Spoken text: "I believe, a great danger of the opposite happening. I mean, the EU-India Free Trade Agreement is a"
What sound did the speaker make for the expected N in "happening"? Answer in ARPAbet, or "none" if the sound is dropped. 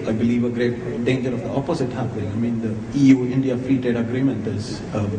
none